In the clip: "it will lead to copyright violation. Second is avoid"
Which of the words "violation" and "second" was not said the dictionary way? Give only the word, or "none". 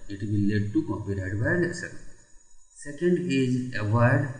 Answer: violation